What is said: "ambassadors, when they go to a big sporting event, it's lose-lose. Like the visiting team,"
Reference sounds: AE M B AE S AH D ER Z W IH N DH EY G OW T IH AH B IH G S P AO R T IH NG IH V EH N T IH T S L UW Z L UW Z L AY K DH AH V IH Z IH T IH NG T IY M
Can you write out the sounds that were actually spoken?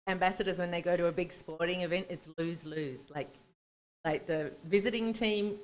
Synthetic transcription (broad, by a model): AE M B AE S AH D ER Z W IH N DH EY G OW T IH AH B IH G S P AO R T IH NG IH V EH N T IH T S L UW Z L UW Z L AY K DH AH V IH Z IH T IH NG T IY M